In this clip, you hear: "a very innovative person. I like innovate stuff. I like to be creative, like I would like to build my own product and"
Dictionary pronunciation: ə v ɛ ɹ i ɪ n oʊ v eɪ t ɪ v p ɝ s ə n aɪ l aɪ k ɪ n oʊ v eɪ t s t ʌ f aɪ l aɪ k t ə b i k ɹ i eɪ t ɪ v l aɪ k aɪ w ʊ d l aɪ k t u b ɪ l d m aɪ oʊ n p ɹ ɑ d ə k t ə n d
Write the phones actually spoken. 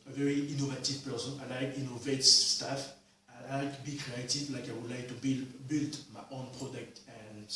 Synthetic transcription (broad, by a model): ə v ɛ ɹ i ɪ n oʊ v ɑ t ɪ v p ɝ s ə n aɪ l aɪ k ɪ n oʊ v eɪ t s t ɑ f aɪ l aɪ k b i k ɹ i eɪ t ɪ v l aɪ k aɪ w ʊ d l aɪ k t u b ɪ l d m aɪ oʊ n p ɹ ɑ d ə k t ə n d